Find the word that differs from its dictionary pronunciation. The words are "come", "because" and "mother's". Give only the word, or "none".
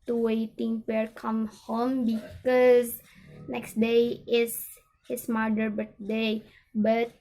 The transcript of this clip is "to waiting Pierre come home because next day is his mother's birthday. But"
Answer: mother's